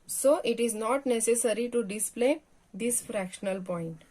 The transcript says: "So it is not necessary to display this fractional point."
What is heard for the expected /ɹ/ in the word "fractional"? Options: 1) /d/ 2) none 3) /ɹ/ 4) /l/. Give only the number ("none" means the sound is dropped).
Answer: 3